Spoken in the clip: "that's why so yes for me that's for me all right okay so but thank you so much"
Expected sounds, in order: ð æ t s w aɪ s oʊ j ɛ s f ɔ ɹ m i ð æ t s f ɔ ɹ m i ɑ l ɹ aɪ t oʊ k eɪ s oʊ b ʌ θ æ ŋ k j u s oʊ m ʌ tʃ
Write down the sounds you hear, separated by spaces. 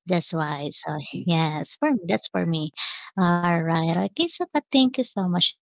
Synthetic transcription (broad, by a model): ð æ t s w aɪ s oʊ j ɛ s f ɔ ɹ m i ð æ t s f ɔ ɹ m i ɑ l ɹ aɪ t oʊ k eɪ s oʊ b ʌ t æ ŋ k j u s oʊ m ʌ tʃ